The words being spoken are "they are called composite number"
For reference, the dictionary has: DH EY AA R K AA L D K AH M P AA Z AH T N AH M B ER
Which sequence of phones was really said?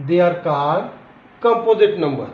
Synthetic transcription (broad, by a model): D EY AA R K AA D K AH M P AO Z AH T N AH M B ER